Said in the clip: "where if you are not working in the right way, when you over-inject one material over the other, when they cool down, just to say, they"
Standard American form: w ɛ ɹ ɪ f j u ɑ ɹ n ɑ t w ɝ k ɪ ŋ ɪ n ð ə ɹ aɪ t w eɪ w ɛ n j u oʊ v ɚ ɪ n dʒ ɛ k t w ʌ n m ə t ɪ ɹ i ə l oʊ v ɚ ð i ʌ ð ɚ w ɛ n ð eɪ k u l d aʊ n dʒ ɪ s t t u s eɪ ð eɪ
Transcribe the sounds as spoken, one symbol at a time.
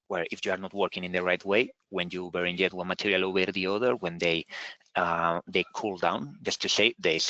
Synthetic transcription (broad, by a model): w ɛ ɹ ɪ f j u ɑ ɹ n ɑ t w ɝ k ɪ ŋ ɪ n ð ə ɹ aɪ t w eɪ w ɛ n j u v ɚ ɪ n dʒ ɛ t w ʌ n m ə t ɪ ɹ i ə l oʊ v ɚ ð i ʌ ð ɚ w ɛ n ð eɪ k u l d aʊ n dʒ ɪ s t t u s eɪ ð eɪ